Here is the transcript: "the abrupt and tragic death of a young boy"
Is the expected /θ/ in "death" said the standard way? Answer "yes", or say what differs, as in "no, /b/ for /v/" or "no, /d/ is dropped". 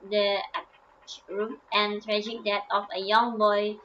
no, /t/ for /θ/